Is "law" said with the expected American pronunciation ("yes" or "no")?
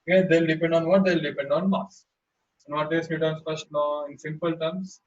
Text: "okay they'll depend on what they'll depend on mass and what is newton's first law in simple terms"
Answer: no